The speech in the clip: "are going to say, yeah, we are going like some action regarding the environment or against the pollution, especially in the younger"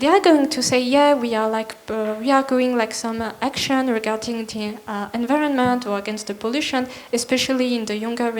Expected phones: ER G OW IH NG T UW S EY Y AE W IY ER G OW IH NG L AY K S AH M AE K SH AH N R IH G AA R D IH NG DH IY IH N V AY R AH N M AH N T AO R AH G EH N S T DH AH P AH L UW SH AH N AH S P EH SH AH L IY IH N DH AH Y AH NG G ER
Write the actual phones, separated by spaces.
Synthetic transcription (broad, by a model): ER G OW IH NG T UW S EY Y AE W IY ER G OW IH NG L AY K S AH M AE K SH AH N R IH G AA R D IH NG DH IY IH N V AY R AH N M AH N T AO R AH G EH N S T DH AH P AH L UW SH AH N AH S P EH SH AH L IY IH N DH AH Y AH NG G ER